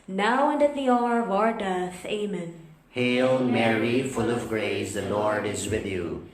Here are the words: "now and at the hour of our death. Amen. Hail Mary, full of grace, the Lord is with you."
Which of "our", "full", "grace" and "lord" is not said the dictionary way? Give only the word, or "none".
none